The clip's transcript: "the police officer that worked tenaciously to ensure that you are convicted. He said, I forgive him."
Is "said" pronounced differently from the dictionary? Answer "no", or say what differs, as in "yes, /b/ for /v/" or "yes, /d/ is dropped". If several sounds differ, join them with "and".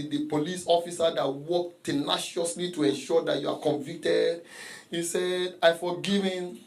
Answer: no